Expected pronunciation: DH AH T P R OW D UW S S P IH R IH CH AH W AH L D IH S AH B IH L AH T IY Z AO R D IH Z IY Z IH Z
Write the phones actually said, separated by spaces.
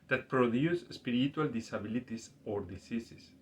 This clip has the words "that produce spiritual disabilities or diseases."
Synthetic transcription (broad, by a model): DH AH T P R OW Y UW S S P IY R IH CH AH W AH L D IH S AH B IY L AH T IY S AO R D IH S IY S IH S